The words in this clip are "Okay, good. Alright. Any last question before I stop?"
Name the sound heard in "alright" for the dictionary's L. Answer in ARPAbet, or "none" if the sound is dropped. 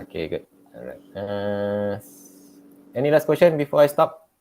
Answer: none